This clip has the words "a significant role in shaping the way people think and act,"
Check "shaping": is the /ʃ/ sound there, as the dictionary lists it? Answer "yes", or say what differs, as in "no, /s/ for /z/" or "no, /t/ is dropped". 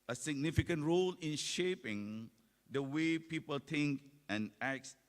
yes